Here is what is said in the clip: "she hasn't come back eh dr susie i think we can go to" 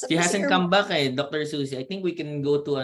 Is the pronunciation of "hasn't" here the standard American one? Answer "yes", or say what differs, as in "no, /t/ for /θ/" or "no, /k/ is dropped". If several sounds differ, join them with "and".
no, /s/ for /z/